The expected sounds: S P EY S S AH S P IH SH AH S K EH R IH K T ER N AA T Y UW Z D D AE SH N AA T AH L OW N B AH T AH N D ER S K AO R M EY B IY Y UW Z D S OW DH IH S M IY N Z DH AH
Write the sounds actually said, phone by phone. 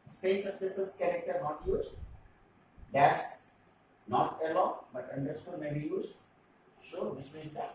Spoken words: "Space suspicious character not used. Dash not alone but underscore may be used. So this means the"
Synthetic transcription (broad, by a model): S P EY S S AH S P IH S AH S K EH R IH K T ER N AA T Y UW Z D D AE S N AA T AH L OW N B AH T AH N D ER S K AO M EY B IY Y UW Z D S OW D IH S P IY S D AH